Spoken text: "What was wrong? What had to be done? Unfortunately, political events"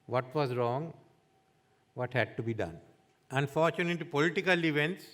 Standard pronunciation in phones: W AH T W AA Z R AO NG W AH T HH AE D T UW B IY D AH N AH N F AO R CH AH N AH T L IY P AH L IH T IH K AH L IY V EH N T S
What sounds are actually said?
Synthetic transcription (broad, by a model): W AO T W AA Z R AO NG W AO T HH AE D T UW B IY D AH N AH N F AO R CH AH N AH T IY P AH L IH T IH K AH L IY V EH N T S